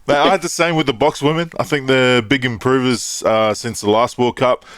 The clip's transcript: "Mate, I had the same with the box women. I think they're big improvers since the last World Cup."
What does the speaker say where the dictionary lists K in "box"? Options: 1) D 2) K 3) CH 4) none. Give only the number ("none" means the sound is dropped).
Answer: 2